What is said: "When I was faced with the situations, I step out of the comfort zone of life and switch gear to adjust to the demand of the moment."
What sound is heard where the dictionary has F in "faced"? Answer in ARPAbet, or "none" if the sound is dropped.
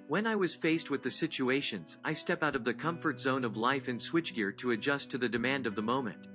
F